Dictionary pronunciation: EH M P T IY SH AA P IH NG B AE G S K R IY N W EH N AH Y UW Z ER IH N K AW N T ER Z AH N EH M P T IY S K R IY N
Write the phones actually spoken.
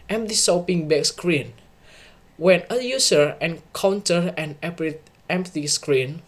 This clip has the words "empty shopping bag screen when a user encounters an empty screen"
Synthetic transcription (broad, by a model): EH M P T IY S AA P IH NG B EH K S K R IY N W EH N AH Y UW S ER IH N K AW N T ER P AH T EH M P T IY S K R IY N